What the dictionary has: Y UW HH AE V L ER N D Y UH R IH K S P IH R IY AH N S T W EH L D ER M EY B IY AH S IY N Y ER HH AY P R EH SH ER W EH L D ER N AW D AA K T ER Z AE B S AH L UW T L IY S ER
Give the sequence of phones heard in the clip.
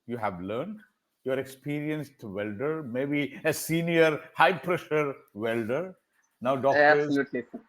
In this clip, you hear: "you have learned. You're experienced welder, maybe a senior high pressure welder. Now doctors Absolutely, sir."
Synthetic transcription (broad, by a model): Y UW HH AE V L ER N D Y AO R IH K S P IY R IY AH N S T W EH L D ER M EY B IY AH S IY N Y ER HH AY P R EH SH ER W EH L D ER N AW D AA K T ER AH S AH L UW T L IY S